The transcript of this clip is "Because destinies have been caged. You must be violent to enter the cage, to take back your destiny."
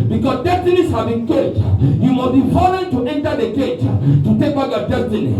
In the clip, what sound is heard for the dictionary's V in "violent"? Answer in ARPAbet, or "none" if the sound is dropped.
F